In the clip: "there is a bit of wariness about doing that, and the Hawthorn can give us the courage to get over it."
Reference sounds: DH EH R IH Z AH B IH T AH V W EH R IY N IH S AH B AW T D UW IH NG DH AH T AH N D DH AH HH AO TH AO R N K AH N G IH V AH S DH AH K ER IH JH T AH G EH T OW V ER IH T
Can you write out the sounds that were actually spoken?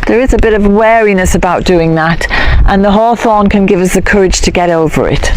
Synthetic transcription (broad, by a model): DH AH R IH Z AH B IH T AH V W EH R IY N IH S AH B AW T D UW IH NG DH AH T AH N DH AH HH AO TH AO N K AH N G IH V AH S DH AH K ER IH JH T AH G EH T OW V ER IH T